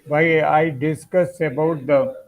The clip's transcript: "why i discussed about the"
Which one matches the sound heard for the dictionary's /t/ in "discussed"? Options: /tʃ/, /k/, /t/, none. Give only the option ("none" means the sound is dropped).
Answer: none